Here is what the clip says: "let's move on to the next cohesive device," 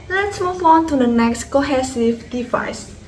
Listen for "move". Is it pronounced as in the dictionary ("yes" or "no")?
no